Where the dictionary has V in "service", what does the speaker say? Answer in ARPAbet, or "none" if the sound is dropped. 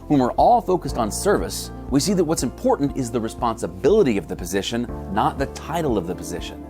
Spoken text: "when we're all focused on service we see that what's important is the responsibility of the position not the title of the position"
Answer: V